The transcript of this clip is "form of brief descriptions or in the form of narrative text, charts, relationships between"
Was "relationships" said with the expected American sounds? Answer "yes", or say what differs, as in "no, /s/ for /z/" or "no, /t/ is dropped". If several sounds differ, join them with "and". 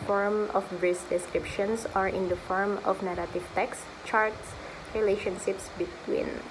yes